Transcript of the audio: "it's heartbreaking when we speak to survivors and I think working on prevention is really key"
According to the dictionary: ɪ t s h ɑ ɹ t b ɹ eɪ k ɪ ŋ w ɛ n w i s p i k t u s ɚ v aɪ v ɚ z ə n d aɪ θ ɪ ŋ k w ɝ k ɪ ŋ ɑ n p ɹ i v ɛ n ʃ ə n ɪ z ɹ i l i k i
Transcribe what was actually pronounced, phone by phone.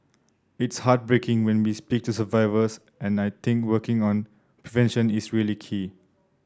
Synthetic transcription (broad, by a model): ɪ t s h ɑ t b ɹ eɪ k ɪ ŋ w ɛ n w i s p i k t u s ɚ v aɪ v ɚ s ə n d aɪ t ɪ ŋ k w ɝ k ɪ ŋ ɑ n p ɹ i v ɛ n ʃ ə n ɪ s ɹ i l i k i